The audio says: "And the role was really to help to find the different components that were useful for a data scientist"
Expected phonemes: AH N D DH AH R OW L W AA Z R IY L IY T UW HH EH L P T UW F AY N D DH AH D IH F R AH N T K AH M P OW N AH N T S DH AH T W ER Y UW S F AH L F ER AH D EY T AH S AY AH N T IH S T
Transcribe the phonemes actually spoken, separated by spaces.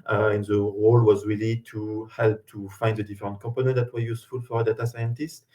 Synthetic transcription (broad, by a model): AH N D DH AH R OW L W AA Z R IY L IY T UW HH EH L P T UW F AY N D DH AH D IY F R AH N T K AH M P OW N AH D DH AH T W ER Y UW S F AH L F AH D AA T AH S AY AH N T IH S T